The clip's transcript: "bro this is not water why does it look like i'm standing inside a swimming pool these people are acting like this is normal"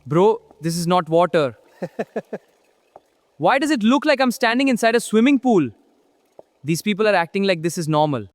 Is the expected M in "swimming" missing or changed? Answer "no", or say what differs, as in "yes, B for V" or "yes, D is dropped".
no